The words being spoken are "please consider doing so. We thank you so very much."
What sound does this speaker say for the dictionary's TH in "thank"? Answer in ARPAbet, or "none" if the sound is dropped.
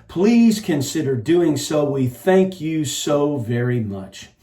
TH